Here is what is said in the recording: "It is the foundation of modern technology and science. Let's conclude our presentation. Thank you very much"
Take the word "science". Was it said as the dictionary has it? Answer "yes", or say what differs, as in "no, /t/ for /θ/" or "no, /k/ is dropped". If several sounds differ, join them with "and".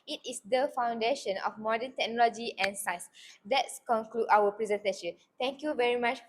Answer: no, /n/ is dropped